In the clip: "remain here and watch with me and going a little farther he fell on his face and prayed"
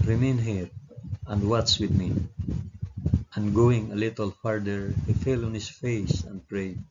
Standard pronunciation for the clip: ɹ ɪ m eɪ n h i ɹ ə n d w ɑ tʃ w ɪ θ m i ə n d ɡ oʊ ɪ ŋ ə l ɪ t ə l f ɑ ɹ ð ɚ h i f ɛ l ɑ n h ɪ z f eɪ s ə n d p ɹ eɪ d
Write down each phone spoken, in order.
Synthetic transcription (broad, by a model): ɹ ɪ m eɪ n h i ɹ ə n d w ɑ s w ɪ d m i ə n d ɡ oʊ ɪ ŋ ə l ɪ t ə l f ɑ ɹ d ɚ h i f ɛ l ɑ n h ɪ s f eɪ s ə n d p ɹ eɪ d